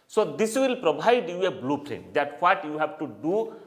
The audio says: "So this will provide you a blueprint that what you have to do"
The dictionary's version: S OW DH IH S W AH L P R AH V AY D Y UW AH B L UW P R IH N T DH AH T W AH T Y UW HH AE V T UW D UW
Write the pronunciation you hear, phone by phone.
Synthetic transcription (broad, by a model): S OW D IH S W AH L P R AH B AY D Y UW AH B L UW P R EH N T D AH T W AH T Y UW HH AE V T UW D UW